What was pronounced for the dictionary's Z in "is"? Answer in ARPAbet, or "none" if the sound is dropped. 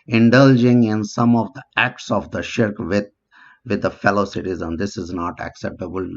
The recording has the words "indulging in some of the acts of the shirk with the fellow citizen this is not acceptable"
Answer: Z